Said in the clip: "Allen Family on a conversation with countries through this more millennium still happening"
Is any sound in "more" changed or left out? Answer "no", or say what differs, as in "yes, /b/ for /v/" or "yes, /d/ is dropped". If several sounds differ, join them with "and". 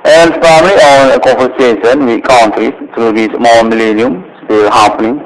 yes, /l/ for /ɹ/